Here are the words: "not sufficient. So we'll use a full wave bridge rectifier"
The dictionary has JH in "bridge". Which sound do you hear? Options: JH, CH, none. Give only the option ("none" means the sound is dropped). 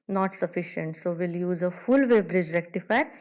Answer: JH